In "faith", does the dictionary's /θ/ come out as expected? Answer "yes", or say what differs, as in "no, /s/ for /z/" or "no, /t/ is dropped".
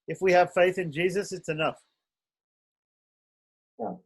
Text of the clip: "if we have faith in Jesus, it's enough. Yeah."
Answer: yes